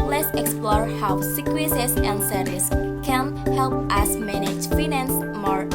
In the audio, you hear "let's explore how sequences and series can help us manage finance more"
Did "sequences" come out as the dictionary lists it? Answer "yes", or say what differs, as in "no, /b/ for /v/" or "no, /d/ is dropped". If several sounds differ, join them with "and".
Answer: no, /n/ is dropped